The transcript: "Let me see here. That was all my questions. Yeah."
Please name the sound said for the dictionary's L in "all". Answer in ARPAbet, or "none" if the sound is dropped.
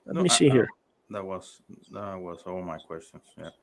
W